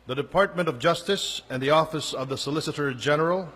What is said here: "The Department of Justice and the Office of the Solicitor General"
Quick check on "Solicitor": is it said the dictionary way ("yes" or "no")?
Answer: yes